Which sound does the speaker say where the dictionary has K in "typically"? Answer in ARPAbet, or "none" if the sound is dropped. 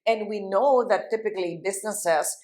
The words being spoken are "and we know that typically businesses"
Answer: K